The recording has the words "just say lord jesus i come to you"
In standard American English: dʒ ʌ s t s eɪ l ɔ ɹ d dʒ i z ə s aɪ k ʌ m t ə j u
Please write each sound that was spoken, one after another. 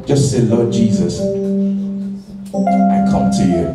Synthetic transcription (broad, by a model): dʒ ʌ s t s eɪ l ɔ d dʒ i z ə s aɪ k ʌ m t ə j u